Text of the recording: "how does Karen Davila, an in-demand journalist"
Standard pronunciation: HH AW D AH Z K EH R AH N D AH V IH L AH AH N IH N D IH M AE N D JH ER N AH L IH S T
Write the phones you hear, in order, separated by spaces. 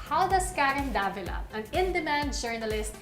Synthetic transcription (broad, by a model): HH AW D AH S K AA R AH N D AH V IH L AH AH N IH N D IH M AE N D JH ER N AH L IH S T